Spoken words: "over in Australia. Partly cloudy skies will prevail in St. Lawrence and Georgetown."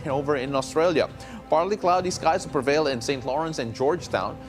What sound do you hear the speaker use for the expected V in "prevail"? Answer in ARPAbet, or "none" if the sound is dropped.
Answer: V